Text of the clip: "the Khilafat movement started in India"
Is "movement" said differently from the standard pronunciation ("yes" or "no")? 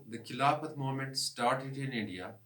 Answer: yes